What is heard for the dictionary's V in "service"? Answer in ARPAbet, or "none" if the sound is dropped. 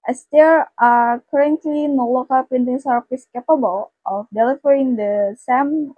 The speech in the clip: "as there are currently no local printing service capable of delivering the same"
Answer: F